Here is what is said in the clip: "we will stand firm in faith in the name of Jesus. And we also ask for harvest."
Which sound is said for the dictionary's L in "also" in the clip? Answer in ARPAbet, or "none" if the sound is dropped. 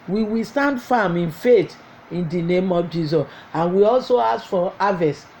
L